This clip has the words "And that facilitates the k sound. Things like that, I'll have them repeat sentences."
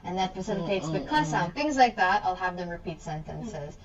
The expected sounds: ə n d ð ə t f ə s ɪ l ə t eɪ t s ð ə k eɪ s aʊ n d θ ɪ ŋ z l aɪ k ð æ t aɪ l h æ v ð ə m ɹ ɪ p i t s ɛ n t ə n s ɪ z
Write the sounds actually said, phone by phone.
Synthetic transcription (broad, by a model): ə n ð ə t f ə s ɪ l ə t eɪ t s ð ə k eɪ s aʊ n θ ɪ ŋ z l aɪ k ð æ t aɪ l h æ v ð ə m ɹ ɪ p i t s ɛ n t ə n s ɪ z